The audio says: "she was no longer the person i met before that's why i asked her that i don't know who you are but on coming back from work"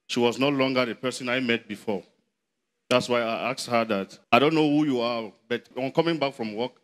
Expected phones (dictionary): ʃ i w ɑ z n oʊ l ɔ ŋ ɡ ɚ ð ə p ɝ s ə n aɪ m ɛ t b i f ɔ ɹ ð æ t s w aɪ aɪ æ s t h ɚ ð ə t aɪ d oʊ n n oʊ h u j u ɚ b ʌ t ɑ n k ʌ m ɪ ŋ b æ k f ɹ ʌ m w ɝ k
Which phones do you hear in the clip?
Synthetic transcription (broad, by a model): ʃ i w ɑ z n oʊ l ɔ ŋ ɡ ɚ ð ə p ɝ s ə n aɪ m ɛ t b i f ɔ ɹ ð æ t s w aɪ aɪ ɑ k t h ɚ ð ə t aɪ d oʊ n n oʊ h u j u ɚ b ʌ t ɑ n k ʌ m ɪ ŋ b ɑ k f ɹ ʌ m w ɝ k